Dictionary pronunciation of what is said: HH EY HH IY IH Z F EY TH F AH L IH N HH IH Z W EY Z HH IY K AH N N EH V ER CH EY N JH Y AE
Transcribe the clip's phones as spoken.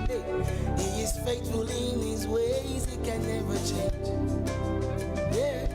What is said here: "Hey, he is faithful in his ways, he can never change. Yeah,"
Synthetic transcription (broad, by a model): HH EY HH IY IH Z F EY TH F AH L IH N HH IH Z W EY Z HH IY K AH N N EH V ER CH EY N JH Y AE